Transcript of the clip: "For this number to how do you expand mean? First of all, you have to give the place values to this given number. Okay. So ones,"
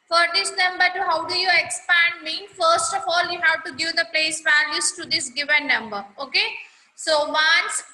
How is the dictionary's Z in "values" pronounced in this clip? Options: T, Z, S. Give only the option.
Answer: S